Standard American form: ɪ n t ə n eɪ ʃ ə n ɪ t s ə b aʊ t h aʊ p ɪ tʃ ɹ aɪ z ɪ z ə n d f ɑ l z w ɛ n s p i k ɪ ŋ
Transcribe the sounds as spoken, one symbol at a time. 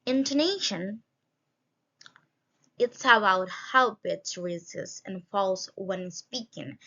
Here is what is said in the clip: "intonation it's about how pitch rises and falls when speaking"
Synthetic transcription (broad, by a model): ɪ n t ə n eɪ ʃ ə n ɪ t s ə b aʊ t h aʊ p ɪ s ɹ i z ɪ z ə n f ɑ l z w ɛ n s p i k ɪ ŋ